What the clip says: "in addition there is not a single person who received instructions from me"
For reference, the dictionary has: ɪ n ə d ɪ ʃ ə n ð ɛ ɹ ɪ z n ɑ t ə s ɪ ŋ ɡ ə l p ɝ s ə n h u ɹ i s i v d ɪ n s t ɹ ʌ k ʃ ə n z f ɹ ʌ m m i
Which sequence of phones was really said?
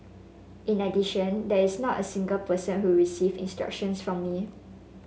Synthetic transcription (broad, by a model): ɪ n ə d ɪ ʃ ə n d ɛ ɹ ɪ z n ɑ t ə s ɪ ŋ ɡ ə l p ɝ s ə n h u ɹ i s i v ɪ n s t ɹ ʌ k ʃ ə n s f ɹ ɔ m m i